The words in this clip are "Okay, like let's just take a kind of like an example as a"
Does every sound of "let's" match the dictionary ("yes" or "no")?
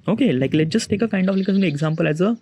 no